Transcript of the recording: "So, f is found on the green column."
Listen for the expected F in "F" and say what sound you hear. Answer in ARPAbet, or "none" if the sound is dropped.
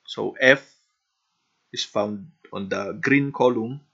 F